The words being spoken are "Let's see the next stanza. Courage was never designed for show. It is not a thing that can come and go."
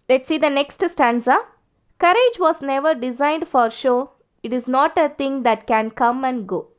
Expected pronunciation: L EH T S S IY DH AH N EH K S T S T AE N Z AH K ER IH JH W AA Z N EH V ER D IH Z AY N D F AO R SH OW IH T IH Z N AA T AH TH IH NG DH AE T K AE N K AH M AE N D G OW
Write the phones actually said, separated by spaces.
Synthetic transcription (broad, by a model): L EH T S S IY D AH N EH K S T S T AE N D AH K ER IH JH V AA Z N EH V ER D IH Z AY N D F AO R SH OW IH T IH Z N AA T AH T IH NG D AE T K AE N K AH M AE N D G OW